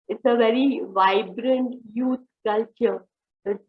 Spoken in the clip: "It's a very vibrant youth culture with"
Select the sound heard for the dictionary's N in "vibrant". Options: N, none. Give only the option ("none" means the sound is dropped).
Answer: N